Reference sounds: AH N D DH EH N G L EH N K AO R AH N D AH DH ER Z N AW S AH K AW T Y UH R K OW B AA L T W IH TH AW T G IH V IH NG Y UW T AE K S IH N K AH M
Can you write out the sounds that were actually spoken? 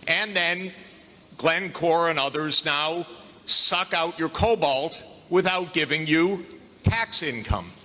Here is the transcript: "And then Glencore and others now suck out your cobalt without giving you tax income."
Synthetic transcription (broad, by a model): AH N DH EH N G L EH N K AO R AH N AH DH ER Z N AW S AH K AW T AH R K OW B AA L T W IH TH AW T G IH V IH NG Y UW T AE K S IH N K AH M